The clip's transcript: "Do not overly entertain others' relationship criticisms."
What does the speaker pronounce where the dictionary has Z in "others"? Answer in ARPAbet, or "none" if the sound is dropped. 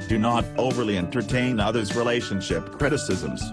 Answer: Z